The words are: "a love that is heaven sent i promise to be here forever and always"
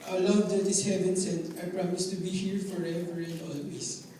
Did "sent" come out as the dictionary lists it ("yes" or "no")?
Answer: no